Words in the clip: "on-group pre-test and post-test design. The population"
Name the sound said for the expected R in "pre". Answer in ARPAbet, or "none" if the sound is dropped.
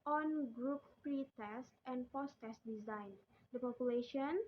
R